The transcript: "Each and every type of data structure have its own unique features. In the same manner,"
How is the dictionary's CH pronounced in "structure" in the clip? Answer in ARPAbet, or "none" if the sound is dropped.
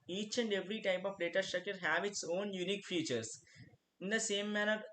none